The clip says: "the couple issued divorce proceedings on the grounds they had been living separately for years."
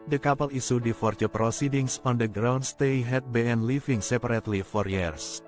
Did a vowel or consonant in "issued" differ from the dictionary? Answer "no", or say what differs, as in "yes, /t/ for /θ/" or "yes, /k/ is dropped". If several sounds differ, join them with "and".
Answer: yes, /s/ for /ʃ/